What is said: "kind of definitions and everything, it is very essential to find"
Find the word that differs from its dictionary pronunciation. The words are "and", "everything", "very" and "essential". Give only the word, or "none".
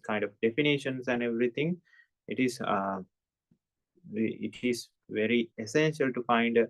everything